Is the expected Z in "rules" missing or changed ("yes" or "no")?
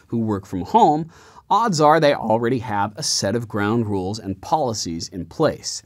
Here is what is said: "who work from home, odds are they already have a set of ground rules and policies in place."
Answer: no